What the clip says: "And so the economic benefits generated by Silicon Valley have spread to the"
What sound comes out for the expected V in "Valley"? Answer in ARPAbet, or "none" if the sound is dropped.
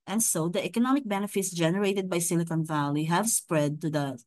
V